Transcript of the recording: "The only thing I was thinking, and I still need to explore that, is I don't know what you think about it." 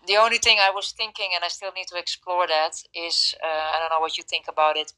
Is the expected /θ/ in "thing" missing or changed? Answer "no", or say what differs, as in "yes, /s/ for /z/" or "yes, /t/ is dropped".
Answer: no